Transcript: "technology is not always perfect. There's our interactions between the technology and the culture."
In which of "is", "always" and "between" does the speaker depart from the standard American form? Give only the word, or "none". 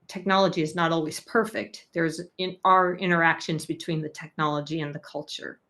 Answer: none